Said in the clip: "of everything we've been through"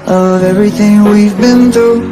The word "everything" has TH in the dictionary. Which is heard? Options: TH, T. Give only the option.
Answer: TH